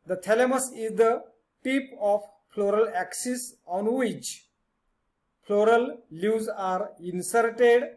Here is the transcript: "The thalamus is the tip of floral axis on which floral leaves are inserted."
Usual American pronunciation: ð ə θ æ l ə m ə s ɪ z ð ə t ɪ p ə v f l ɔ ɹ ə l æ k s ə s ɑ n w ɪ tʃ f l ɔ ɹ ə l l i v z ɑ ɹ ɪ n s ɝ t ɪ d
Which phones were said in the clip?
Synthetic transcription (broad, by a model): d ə t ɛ l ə m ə s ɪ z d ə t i p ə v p l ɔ ɹ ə l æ k s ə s ɑ n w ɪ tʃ p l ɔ ɹ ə l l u z ɑ ɹ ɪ n s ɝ t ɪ d